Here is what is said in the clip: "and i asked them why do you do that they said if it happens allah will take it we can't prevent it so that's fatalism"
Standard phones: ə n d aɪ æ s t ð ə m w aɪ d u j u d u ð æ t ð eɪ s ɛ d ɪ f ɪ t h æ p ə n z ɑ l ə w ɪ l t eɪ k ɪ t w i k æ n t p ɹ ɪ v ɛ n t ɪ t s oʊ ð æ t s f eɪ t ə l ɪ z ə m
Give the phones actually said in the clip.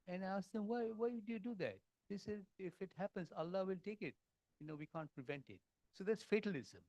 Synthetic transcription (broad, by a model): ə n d aɪ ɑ s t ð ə m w aɪ d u j u d u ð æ t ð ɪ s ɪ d ɪ f ɪ t h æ p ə n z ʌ l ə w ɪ l t eɪ k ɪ t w i k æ n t p ɹ ɪ v ɛ n t ɪ t s oʊ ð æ t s f eɪ t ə l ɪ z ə m